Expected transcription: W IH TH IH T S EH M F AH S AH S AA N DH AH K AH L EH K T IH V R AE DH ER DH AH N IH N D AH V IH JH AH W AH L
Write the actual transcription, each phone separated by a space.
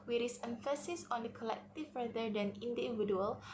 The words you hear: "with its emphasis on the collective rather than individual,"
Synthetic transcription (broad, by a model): W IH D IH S EH M F AH S AH S AA N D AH K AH L EH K T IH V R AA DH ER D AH N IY N D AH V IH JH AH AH L